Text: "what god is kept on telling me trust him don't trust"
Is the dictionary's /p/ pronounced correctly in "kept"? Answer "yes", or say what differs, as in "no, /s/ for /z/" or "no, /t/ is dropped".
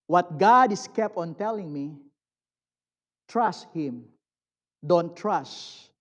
yes